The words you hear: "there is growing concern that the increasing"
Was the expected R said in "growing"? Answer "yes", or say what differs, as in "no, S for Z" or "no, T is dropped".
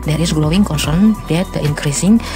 no, L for R